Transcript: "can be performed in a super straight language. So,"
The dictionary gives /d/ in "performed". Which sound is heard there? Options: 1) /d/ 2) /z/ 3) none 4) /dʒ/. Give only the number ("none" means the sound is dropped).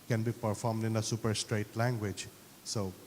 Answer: 1